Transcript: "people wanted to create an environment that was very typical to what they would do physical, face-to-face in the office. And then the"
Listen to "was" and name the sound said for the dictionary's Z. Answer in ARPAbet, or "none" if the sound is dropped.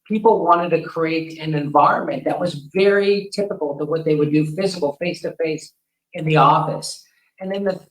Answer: Z